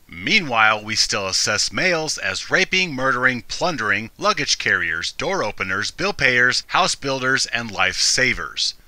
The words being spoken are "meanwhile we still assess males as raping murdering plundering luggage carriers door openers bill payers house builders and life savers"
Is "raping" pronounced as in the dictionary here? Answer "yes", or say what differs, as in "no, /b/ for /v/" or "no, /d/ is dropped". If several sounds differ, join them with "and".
yes